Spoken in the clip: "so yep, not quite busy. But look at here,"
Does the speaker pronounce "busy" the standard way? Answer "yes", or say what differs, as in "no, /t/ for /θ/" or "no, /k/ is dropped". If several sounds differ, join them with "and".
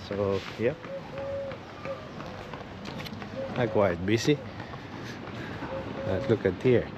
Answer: no, /s/ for /z/